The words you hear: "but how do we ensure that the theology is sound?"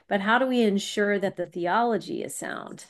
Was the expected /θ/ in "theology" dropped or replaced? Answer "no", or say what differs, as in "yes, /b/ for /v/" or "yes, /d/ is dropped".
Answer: no